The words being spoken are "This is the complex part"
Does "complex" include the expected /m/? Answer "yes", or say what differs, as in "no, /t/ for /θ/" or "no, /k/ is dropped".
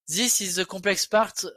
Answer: no, /m/ is dropped